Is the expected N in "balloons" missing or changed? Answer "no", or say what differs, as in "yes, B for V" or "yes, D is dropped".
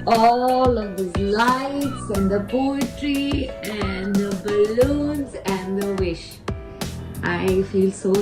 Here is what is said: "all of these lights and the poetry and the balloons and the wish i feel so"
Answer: no